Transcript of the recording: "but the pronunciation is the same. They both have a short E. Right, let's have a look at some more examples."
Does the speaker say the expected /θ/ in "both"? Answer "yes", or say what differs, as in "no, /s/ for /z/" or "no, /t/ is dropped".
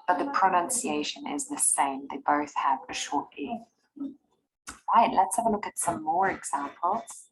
yes